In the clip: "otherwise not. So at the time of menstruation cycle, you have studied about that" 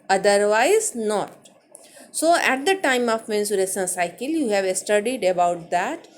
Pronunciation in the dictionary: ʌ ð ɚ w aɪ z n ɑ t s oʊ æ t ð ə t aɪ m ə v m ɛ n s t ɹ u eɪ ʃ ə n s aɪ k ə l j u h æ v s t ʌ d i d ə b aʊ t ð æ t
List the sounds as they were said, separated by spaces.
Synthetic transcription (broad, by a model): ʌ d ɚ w aɪ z n ɑ t s oʊ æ t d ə t aɪ m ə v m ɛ n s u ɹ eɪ s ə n s aɪ k ə l j u h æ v s t ʌ d i d ə b aʊ t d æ t